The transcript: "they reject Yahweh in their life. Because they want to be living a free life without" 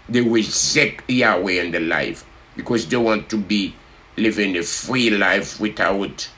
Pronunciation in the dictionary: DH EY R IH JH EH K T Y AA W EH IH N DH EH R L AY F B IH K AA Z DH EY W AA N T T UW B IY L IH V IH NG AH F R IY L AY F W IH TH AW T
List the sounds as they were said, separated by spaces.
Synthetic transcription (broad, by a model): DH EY W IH Z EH K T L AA W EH IH N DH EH L AY F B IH K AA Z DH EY W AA N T T UW B IY L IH V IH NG AH F R IY L AY F W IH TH AW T